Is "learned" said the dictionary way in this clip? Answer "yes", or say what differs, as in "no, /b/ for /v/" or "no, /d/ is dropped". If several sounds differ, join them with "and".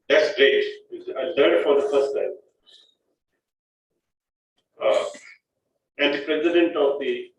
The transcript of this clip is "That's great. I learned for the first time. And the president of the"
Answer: no, /l/ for /n/